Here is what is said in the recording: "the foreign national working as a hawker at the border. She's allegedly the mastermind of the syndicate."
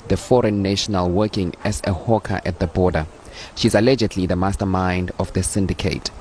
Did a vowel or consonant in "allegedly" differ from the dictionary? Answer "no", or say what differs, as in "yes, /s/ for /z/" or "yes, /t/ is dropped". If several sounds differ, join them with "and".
no